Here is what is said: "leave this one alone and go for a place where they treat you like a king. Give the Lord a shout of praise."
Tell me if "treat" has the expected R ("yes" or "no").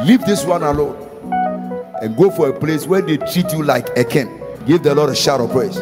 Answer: yes